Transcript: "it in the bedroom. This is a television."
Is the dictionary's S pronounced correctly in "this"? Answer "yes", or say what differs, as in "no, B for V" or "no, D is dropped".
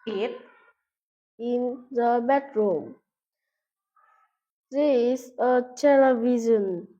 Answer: no, S is dropped